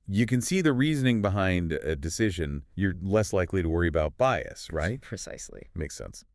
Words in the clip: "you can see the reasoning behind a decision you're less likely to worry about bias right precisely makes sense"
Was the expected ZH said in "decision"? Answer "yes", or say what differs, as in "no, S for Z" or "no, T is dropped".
yes